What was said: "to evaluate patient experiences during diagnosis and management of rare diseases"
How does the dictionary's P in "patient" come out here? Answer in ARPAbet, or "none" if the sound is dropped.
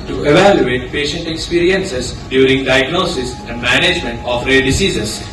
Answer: P